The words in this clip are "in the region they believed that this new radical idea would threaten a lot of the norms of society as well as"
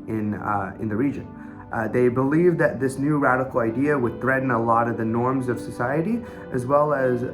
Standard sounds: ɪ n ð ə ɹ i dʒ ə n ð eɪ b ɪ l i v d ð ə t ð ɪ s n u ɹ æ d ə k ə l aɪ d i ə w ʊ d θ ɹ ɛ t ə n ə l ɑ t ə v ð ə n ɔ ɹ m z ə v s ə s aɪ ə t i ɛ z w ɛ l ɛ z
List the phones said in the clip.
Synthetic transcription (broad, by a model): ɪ n ð ə ɹ i dʒ ə n ð eɪ b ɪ l i v ð ə t ð ɪ s n u ɹ æ d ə k l aɪ d i ə w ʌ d θ ɹ ɛ t n ə l ɑ t ə v ð ə n ɔ ɹ m z ə v s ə s aɪ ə t i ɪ z w ɛ l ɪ z